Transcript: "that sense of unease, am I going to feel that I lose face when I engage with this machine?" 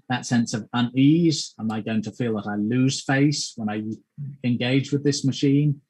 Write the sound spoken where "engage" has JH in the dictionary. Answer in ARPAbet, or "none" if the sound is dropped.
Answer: JH